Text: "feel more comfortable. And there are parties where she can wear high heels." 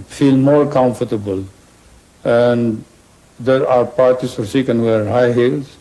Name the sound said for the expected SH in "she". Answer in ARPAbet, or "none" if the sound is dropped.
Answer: S